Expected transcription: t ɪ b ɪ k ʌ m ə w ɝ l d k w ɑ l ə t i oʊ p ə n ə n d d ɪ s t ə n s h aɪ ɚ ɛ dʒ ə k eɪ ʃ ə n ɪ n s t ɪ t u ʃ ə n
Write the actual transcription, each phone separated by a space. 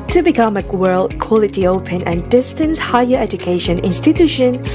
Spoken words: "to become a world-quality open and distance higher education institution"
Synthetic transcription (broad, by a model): t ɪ b ɪ k ʌ m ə w ɝ l d k w ɑ l ə t i oʊ p ə n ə n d d ɪ s t ə n s h aɪ ɚ ɛ dʒ ə k eɪ ʃ ə n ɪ n s t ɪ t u ʃ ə n